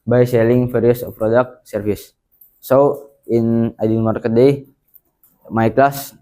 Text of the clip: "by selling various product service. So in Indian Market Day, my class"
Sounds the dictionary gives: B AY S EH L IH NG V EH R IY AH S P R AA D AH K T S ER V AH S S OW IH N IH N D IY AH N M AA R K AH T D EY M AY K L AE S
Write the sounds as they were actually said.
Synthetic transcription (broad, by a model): B AY S EH L IH NG F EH R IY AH S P R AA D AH K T S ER F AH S S OW IH N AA D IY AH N M AA R K AH T D EY M AY K L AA S